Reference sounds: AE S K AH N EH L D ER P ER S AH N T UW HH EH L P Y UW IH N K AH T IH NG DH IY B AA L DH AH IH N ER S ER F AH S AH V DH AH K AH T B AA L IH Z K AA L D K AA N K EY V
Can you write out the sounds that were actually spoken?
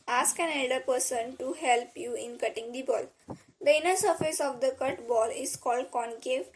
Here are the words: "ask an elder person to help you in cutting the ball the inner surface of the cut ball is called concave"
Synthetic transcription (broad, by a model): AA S K AH N EH L D ER P ER S AH N T UW HH EH L P Y UW IH N K AH T IH NG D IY B AA L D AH IH N ER S ER F AH S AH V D AH K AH T B AA L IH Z K AA L D K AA N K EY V